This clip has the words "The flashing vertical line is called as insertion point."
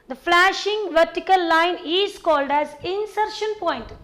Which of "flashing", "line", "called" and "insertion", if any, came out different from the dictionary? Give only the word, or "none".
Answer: none